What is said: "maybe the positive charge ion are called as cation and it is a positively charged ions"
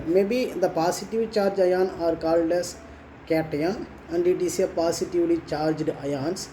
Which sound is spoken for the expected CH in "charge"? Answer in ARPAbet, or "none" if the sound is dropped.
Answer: CH